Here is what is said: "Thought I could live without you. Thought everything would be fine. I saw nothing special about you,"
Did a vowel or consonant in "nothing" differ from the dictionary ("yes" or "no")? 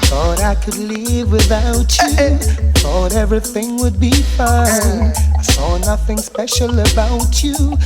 no